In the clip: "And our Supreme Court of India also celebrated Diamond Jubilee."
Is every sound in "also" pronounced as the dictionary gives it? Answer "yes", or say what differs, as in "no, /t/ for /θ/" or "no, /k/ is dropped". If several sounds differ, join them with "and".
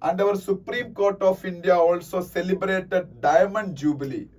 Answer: yes